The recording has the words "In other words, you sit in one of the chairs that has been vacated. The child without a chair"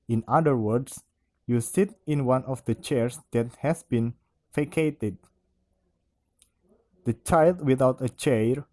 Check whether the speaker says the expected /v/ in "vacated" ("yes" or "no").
no